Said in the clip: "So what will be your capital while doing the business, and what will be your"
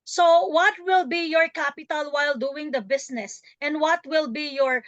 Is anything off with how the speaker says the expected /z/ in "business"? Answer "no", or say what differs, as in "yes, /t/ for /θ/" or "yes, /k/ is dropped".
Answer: yes, /s/ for /z/